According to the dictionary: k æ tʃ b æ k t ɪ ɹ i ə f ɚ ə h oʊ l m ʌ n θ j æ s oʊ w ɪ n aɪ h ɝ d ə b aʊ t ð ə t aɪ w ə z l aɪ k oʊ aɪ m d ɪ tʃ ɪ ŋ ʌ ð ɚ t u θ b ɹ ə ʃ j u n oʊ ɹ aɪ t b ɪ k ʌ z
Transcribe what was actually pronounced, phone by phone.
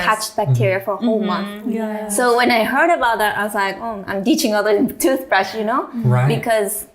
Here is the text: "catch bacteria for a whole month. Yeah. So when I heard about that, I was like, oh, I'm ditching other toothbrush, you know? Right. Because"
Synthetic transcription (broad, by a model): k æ tʃ b æ k t ɪ ɹ i ə f ɚ ə h oʊ l m ʌ n θ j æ s oʊ w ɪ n aɪ h ɝ d ə b aʊ t ð ə t aɪ w ə z l aɪ k oʊ aɪ m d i tʃ ɪ ŋ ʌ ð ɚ t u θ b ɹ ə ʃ j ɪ n oʊ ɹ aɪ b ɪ k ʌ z